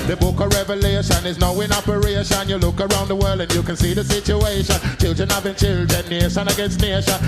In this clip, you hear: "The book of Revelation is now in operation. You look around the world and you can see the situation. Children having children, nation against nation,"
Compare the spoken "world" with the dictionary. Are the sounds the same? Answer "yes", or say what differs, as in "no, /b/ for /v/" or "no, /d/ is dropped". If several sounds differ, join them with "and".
yes